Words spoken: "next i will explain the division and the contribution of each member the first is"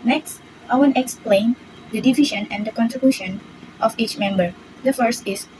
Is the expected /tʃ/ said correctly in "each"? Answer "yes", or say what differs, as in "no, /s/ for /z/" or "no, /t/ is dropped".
yes